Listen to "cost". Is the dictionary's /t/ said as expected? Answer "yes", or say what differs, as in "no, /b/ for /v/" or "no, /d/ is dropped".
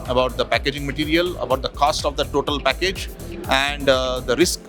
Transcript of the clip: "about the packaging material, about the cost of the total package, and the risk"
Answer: yes